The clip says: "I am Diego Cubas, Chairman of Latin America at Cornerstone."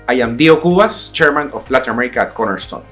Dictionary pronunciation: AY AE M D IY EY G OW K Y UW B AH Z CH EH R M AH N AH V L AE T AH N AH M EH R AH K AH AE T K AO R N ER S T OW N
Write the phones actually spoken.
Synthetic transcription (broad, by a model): AY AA M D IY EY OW K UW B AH S CH EH R M AH N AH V L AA T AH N AH M EH R AH K AH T K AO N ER S T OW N